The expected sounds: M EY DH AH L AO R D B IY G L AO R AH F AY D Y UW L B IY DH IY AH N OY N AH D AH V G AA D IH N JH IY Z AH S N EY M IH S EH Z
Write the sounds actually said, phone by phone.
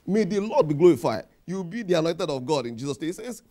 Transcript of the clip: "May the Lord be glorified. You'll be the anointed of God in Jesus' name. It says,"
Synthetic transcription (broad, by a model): M EY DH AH L AO D B IY G L AO R AH F AY D Y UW W B IY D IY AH N OY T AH D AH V G AA D IH N JH IY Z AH S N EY IH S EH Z